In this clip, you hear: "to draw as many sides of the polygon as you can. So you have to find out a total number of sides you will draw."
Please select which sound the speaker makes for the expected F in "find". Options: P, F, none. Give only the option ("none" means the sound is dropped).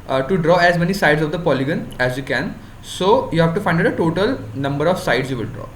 F